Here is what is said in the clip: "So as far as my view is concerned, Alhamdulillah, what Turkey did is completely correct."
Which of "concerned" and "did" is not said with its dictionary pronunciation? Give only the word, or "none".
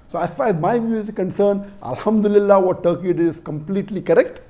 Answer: concerned